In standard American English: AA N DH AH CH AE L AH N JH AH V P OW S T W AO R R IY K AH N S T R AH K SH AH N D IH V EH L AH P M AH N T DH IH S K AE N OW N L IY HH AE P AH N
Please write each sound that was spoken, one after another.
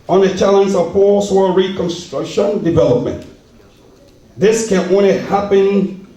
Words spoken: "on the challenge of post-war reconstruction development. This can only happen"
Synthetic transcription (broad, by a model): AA N DH AH CH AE L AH N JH AH V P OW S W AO L R IY K AH N S T R AH K SH AH N D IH V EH L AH P M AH N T DH IH S K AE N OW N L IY HH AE P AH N